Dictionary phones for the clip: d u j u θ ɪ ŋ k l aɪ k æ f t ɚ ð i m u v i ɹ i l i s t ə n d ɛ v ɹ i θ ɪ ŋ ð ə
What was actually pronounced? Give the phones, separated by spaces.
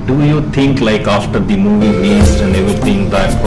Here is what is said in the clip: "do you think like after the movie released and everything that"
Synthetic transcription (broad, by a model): d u j u t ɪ ŋ k l aɪ k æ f t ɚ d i m u v i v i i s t ə n d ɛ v ɹ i t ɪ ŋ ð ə